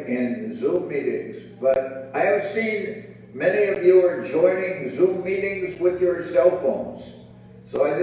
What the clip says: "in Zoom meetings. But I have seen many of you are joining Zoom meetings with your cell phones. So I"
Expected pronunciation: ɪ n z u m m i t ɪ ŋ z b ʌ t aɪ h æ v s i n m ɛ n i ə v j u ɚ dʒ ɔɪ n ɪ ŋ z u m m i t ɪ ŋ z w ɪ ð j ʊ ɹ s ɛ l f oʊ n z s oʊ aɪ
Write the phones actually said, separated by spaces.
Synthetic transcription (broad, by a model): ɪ n z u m m i t ɪ ŋ z b ʌ t aɪ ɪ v s i n m ɛ n i ə v j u ɚ dʒ ɔɪ n ɪ ŋ z u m m i t ɪ ŋ z w ɪ ð j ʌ ɹ s ɛ l f oʊ n z s oʊ aɪ